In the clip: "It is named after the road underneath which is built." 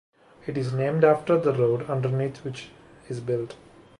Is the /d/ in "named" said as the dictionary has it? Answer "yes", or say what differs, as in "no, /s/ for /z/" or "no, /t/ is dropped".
yes